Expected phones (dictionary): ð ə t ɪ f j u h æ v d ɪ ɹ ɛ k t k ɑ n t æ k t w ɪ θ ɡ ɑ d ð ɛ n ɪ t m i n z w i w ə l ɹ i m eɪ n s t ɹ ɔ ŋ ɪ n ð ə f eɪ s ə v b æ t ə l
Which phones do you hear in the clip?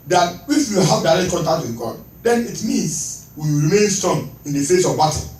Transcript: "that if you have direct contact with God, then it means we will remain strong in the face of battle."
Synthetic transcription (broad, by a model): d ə t ɪ f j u h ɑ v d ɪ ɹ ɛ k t k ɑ n t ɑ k t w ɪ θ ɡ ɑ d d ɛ n ɪ t m i n s w i ɹ i m eɪ n s t ɔ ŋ ɪ n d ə f eɪ s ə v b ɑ t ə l